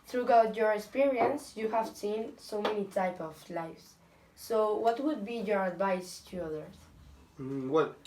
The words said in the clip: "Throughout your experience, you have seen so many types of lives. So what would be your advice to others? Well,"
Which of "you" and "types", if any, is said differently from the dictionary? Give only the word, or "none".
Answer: types